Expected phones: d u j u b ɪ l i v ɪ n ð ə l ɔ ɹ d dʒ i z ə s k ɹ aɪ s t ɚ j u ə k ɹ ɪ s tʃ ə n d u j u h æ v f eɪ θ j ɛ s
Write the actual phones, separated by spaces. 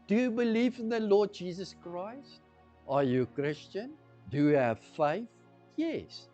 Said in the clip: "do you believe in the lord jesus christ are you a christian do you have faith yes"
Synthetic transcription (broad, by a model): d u j u b ɪ l i v ɪ n ð ə l ɔ d dʒ i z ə s k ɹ aɪ s t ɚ j u ə k ɹ ɪ s tʃ ə n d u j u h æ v f eɪ θ j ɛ s